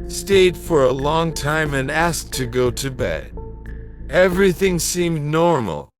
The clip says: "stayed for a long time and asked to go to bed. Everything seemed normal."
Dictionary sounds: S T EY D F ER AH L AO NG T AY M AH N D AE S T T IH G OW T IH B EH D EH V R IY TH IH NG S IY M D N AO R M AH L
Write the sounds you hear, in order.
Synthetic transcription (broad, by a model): S T EY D F ER AH L AO NG T AY M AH N AE S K T IH G OW T IH B EH D EH V R IY TH IH NG S IY M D N AO R M L